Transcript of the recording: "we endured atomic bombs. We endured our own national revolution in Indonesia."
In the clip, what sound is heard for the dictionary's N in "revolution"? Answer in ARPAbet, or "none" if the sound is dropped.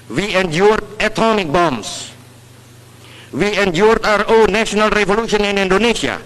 N